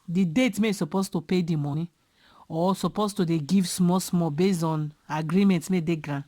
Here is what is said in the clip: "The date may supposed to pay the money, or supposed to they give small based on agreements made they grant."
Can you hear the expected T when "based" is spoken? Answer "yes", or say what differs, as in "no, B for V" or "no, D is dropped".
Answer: no, T is dropped